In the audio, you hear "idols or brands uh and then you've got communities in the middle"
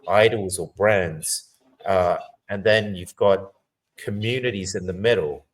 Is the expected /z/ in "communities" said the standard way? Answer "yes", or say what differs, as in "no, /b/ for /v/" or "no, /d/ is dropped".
yes